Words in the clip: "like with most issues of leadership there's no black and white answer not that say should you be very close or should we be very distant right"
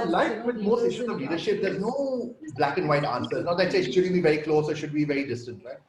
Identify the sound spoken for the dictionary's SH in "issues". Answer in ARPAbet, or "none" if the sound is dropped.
S